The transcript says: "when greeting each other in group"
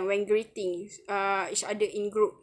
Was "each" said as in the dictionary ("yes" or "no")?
no